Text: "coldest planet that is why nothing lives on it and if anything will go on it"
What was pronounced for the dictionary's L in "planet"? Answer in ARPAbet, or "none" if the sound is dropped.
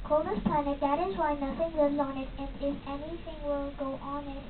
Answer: none